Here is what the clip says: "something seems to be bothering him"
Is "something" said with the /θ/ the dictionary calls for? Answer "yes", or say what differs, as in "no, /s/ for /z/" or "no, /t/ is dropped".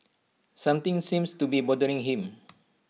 no, /t/ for /θ/